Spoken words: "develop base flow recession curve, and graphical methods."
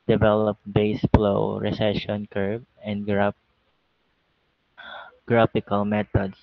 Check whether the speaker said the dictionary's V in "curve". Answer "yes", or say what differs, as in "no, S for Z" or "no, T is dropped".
no, B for V